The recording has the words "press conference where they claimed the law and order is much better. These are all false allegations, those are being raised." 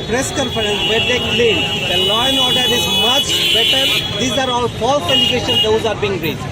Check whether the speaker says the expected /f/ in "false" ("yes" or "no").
no